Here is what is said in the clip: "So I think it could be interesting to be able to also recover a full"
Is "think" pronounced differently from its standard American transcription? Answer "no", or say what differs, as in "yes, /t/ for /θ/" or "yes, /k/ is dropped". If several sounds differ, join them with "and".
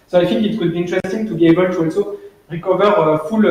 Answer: yes, /f/ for /θ/